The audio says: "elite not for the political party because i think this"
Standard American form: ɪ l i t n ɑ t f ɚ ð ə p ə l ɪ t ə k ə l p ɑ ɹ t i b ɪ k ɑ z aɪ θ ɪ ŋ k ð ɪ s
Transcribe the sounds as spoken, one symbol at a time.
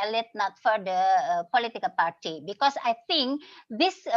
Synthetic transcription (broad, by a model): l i t n ɑ t f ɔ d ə p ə l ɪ t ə k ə l p ɑ ɹ t i b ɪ k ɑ s aɪ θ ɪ ŋ k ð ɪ s